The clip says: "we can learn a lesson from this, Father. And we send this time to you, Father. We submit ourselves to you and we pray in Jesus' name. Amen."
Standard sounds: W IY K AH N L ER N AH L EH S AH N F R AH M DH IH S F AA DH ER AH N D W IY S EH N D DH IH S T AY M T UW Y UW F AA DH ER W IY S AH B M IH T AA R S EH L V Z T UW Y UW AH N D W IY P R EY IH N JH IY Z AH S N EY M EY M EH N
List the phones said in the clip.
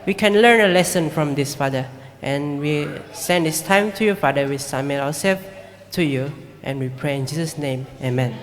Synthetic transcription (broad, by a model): W IY K AH N L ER N AH L EH S AH N F R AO M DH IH S F AA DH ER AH N W IY S EH N D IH S T AY M T UW Y UW F AA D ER W IY S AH M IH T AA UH S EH L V T UW Y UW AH N W IY P R EY IH N JH IY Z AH S N EY M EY M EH N